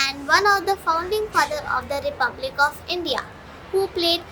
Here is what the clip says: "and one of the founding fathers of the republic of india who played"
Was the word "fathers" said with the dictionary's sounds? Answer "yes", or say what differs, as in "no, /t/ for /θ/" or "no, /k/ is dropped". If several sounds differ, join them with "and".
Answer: no, /z/ is dropped